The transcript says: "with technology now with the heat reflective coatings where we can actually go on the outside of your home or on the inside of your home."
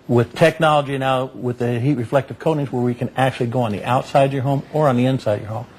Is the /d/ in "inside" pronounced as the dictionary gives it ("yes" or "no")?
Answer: no